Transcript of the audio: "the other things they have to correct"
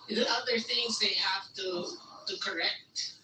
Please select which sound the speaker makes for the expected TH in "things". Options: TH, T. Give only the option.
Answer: TH